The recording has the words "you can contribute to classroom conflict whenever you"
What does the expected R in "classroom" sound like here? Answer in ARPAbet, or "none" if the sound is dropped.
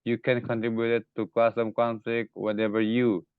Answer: none